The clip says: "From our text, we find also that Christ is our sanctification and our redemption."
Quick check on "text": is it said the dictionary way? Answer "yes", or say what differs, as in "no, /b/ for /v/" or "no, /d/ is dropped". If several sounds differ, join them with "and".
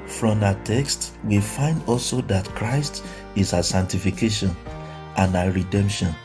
yes